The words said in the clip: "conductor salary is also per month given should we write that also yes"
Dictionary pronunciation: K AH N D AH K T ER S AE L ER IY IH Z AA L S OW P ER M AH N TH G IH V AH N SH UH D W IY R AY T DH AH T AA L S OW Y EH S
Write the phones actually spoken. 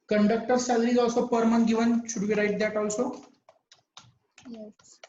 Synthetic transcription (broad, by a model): K AH N D AH K T ER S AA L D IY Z AA L S OW P ER M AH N G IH V AH N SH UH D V IY R AY T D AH T AA L S OW Y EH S